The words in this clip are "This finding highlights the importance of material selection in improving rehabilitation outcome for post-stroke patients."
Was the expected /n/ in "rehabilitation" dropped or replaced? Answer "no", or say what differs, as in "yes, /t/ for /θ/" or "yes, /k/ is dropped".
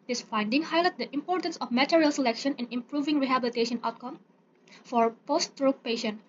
no